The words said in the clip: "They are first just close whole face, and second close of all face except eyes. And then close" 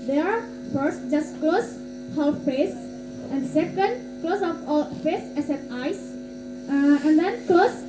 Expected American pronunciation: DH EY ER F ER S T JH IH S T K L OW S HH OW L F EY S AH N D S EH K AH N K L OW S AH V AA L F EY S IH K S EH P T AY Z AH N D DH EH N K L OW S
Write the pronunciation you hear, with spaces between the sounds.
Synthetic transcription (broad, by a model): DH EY ER F ER S T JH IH S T K L OW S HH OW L F EY S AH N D S EH K AH N K L OW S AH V AA L F EY S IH S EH T AY S AH N D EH N K L OW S